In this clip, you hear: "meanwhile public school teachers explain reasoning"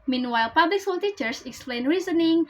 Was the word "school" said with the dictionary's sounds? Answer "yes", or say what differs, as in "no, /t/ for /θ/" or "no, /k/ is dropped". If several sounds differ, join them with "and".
no, /k/ is dropped